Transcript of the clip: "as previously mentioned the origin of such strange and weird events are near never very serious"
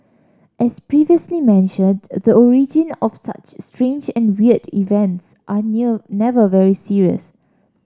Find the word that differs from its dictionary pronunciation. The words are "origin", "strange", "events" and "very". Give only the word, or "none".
none